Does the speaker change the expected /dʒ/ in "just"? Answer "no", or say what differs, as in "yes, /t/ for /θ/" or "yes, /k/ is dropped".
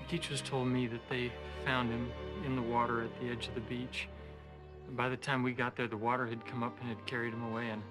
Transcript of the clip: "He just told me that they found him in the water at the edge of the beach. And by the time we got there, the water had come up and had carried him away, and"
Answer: yes, /tʃ/ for /dʒ/